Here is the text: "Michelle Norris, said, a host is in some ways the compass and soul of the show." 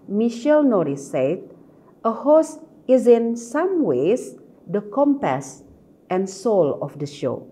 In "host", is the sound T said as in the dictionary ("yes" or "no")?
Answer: no